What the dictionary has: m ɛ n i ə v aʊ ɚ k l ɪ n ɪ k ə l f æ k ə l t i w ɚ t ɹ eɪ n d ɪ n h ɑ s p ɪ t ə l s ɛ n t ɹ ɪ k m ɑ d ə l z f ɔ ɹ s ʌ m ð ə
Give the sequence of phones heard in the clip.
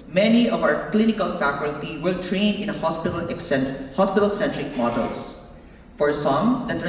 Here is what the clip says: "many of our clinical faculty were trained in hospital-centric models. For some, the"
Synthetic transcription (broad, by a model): m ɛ n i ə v aʊ ɚ k l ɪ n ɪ k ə l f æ k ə l t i w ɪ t ɹ eɪ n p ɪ l h ɑ s p ɪ t ə l s ɛ n t ɹ ɪ k m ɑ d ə l s f ɔ ɹ s ʌ m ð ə